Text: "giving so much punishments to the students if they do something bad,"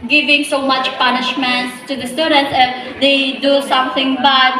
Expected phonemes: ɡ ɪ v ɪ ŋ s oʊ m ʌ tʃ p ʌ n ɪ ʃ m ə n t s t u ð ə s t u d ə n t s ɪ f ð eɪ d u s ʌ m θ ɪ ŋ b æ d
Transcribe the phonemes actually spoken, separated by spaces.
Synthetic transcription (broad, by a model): ɡ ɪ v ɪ ŋ s oʊ m ʌ tʃ p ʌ n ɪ ʃ m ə n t t u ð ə s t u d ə n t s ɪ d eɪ d u s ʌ m t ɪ ŋ b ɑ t